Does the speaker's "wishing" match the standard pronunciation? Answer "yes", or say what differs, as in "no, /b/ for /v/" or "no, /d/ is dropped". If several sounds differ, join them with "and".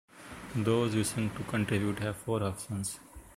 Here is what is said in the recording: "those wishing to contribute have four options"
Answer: no, /s/ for /ʃ/